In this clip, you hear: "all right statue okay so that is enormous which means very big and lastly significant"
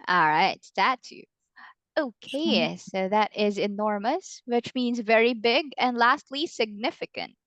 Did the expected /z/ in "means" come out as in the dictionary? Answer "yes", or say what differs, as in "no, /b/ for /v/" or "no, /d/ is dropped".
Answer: yes